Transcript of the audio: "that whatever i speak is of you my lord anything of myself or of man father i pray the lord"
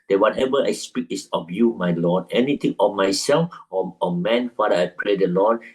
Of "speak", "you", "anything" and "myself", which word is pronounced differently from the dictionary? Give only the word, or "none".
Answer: anything